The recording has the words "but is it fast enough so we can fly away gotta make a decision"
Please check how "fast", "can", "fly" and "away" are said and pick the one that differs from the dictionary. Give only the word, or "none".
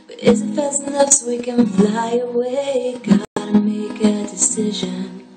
fast